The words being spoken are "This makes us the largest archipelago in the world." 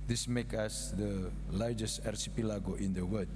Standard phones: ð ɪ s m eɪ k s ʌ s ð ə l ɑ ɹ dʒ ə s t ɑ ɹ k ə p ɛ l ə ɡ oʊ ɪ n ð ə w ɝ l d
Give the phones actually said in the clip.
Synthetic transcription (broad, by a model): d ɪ s m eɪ k ʌ s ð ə l ɑ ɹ dʒ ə s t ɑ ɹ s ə p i l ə ɡ oʊ ɪ n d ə w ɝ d